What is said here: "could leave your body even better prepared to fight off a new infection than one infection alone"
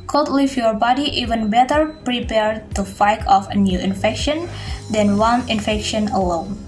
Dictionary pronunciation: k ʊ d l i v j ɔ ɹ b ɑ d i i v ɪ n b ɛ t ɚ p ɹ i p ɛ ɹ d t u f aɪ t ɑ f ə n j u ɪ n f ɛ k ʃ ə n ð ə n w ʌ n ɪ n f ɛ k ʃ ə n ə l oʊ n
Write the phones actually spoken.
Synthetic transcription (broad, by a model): k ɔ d l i f j ɔ ɹ b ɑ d i i v ɪ n b ɛ t ɚ p ɹ i p ɛ ɹ d t u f aɪ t ɑ f ə n j u ɪ n f ɛ k ʃ ə n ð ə n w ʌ n ɪ n f ɛ k ʃ ə n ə l oʊ n